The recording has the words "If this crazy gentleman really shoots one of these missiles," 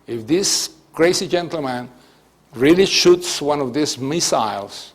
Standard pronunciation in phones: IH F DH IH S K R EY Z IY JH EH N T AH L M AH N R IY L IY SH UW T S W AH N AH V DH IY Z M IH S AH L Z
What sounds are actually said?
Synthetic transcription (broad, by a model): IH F DH IH S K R EY S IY JH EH N T L M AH N R IY L IY SH UW T S W AH N AH V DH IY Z M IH S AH L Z